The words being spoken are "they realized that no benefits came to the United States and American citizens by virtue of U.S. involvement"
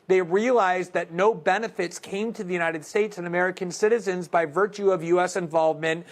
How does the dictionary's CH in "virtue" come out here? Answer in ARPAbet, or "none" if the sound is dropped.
CH